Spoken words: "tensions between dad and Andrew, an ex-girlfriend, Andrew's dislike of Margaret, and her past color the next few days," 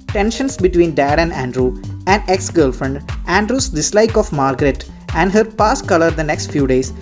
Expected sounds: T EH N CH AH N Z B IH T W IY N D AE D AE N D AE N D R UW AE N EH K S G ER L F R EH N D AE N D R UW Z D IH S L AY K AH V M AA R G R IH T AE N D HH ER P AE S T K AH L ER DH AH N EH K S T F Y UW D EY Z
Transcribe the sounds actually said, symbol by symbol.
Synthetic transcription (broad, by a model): T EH N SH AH N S B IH T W IY N D AE D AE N D AE N D R UW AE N EH K S G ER L F R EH N D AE N D R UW S D IH S L AY K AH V M AA R G R IH T AE N D HH ER P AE S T K AH L ER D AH N EH K S T F Y UW D EY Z